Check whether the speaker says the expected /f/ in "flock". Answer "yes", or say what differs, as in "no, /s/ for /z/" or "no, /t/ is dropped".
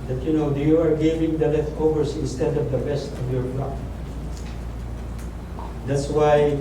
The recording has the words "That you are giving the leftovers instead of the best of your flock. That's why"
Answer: no, /p/ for /f/